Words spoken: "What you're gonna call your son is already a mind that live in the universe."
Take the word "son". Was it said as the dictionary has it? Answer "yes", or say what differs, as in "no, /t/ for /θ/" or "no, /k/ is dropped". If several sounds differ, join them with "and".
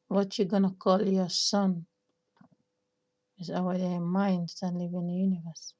yes